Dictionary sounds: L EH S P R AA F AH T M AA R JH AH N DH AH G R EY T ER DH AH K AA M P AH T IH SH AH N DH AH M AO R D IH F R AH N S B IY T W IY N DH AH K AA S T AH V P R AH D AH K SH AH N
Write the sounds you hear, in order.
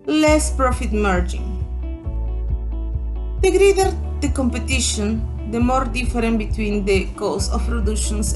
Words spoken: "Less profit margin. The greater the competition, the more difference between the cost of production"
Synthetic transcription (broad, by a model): L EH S P R AA F AH T M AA R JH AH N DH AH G R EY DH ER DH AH K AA M P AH T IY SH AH N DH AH M AO R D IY F R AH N B IY T W IY N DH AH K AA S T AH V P R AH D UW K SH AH N